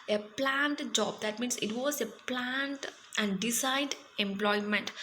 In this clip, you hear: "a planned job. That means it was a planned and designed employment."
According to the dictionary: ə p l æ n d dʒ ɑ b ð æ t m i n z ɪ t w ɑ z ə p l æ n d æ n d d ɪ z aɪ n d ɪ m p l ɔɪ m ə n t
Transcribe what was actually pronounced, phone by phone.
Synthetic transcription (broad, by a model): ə p l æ n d dʒ ɑ b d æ t m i n s ɪ t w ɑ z ə p l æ n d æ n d d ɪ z aɪ d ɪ m p l ɔɪ m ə n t